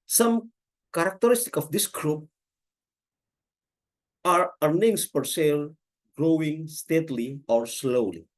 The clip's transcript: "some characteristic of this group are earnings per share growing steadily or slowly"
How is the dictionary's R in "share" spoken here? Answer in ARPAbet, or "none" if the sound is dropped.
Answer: L